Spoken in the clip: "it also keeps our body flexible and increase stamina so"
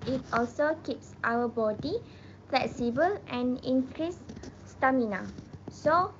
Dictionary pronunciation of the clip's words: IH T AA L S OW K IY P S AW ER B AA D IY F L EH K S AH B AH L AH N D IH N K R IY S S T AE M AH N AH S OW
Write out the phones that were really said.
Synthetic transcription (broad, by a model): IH T AA L S OW K IY P S AW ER B AA D IY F L EH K S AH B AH L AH N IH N K R IY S S T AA M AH N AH S OW